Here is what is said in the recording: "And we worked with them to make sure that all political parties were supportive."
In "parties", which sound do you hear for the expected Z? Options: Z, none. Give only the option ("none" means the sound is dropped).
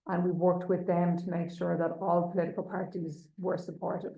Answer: Z